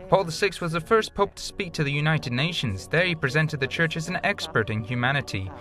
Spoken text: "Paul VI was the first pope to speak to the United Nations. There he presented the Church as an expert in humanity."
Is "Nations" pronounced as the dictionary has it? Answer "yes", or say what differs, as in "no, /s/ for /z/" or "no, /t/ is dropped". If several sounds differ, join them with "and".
yes